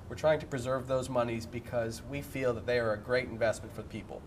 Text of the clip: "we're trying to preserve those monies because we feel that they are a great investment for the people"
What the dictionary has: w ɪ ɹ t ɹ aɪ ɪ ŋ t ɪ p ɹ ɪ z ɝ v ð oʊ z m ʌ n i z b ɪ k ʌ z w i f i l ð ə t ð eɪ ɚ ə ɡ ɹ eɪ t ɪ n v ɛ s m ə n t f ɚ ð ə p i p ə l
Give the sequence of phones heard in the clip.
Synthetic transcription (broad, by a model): w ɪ ɹ t ɹ aɪ ɪ ŋ t ɪ p ɹ ɪ z ɝ v ð oʊ z m ʌ n i z b ɪ k ʌ z w i f i l ð ə t ð eɪ ɚ ə ɡ ɹ eɪ t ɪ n v ɛ s m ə n t f ɚ ð ə p i p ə l